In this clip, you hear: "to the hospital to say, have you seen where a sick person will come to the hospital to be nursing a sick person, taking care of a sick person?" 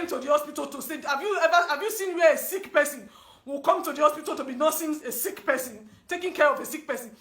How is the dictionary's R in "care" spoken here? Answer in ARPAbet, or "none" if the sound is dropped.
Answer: R